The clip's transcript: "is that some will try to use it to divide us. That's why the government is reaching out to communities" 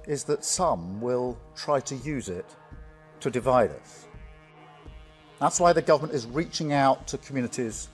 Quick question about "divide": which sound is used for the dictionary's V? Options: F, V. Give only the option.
V